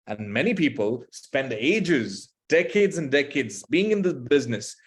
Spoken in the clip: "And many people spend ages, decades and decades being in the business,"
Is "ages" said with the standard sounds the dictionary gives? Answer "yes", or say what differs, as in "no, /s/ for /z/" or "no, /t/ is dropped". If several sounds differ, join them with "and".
yes